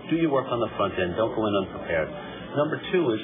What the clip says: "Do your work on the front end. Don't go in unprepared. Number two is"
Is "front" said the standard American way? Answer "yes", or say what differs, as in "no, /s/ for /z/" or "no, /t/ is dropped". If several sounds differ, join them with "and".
yes